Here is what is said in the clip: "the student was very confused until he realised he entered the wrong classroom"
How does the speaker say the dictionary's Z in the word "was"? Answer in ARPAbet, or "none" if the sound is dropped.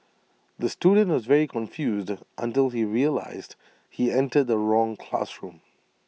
Z